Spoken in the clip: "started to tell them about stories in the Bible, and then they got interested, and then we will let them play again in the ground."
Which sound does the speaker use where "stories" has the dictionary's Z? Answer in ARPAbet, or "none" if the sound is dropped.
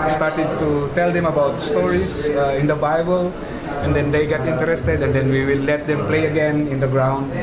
S